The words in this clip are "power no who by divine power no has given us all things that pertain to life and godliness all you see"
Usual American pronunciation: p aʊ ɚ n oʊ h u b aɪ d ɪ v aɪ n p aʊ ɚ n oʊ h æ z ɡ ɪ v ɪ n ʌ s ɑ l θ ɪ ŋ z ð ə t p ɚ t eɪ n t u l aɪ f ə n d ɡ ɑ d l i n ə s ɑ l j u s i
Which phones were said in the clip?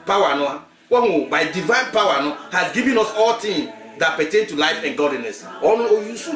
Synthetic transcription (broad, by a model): p aʊ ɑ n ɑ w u b aɪ d ɪ v aɪ n p aʊ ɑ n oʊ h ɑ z ɡ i v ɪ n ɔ s ɑ l t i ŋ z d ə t p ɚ t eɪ n t u l aɪ f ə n ɡ ɑ d l i n ə s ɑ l j u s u